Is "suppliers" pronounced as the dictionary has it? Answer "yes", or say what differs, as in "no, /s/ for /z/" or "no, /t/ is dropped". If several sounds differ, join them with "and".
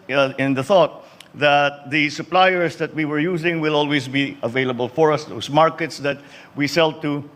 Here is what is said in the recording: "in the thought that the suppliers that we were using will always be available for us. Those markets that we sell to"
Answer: no, /s/ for /z/